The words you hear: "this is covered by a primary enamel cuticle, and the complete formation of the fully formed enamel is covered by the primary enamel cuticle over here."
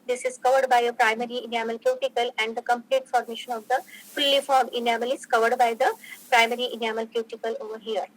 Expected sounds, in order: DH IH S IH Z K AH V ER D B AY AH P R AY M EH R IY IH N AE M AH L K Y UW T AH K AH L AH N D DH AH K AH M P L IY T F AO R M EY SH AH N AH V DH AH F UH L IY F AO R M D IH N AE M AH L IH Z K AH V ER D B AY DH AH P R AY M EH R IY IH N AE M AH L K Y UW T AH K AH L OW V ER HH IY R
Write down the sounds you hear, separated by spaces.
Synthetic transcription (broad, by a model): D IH S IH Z K AH V ER D B AY AH P R AY M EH R IY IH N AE M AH L K Y UW T AH K AH L AH N D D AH K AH M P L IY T F AO R M EY SH AH N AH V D AH F UH L IY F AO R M IH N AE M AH L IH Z K AH V ER D B AY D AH P R AY M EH R IY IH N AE M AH L K Y UW T AH K AH L OW V ER HH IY R